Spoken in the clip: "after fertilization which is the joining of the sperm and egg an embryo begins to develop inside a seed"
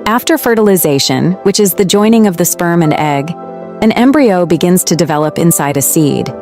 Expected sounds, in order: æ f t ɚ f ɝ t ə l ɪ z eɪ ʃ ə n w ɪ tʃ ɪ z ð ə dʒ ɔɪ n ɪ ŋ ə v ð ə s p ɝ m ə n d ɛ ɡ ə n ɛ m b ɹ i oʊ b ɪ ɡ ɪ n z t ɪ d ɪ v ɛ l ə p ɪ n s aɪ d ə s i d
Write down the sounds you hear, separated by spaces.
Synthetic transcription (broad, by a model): æ f t ɚ f ɝ t ə l ɪ z eɪ ʃ ə n w ɪ tʃ ɪ z ð ə dʒ ɔɪ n ɪ ŋ ə v ð ə s p ɝ m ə n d ɛ ɡ ə n ɛ m b ɹ i oʊ b ɪ ɡ ɪ n z t ɪ d ɪ v ɛ l ə p ɪ n s aɪ d ə s i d